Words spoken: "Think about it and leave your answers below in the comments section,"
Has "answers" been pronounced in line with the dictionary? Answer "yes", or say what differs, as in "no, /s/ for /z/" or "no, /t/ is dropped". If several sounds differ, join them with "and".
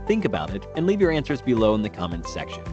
yes